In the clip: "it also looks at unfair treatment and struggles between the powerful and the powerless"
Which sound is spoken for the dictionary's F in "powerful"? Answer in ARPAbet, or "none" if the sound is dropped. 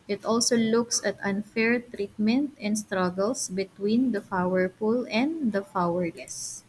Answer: P